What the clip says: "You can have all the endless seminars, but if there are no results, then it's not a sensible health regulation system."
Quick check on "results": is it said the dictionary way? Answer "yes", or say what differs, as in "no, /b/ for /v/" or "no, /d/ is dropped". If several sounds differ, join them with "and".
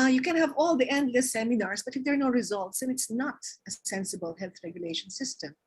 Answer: yes